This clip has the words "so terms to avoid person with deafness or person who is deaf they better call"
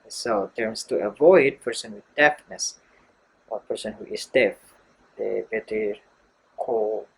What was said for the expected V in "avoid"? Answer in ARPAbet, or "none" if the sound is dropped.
V